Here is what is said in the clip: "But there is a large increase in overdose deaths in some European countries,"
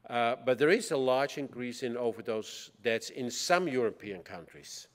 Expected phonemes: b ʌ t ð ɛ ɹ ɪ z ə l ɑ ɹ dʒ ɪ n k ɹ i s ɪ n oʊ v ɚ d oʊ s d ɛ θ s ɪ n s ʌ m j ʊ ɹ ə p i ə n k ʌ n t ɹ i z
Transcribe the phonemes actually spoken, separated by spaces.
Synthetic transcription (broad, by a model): b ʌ t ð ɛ ɹ ɪ z ə l ɑ ɹ dʒ ɪ n k ɹ i s ɪ n oʊ v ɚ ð oʊ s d ɛ t s ɪ n s ʌ m j ʊ ɹ ə p i ə n k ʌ n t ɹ i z